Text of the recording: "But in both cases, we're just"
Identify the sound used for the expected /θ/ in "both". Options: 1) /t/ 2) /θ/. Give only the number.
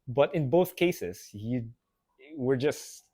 2